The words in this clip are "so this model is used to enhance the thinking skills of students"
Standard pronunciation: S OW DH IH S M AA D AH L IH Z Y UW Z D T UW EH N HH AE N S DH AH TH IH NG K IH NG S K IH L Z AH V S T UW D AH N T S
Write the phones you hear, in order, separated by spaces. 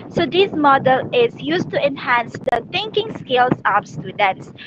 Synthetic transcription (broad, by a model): S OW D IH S M AA D AH L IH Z Y UW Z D T UW EH N HH AE N S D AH T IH NG K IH NG S K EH L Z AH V S T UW D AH N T S